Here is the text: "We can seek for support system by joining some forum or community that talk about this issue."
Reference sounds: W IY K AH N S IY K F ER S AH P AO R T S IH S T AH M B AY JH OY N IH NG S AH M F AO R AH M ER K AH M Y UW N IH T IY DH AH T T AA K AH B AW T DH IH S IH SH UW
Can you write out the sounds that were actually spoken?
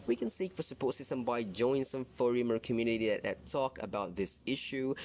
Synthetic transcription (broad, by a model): W IY K AH N S IY K F ER S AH P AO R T S IH S T AH M B AY JH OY IH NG S AH M F AO R AH M ER K AH M Y UW N IH T IY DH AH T T AA K AH B AW T DH IH S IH SH UW